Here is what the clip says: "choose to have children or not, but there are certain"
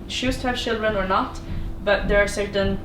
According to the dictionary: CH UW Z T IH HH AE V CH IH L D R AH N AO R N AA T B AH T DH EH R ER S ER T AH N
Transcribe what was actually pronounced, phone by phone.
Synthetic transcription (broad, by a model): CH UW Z T IH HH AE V CH IH L D R AH N AO R N AA T B AH T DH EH R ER S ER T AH N